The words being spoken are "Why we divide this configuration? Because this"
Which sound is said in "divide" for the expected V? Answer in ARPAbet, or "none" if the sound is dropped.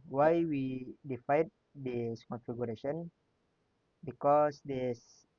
F